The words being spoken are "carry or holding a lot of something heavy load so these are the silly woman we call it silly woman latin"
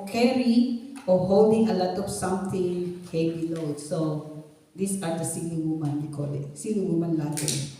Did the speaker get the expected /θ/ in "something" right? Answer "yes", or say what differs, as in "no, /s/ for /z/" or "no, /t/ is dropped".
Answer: no, /t/ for /θ/